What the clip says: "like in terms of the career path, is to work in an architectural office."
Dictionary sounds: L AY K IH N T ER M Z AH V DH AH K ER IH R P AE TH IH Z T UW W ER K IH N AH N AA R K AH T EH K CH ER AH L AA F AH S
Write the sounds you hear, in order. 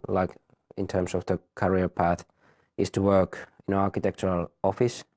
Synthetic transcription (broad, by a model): L AY K IH N T ER M S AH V DH AH K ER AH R P AE TH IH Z T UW W ER K IH N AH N AA R K AH T EH K CH ER AH L AA F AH S